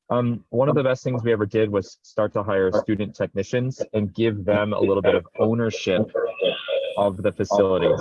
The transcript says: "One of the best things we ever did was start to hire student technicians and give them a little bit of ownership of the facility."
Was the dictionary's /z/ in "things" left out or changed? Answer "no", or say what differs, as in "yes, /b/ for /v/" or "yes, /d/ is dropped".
no